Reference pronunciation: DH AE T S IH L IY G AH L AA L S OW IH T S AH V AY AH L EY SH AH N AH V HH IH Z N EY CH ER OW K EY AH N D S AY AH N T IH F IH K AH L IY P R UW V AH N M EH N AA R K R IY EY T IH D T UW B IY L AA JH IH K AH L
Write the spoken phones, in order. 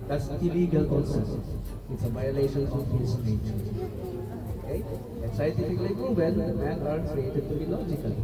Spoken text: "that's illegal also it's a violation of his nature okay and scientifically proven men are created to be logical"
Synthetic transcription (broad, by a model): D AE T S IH L IY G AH L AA N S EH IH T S AH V AY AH L EY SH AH N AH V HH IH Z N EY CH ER OW K EY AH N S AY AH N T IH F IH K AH L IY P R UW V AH L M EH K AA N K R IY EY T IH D T UW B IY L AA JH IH K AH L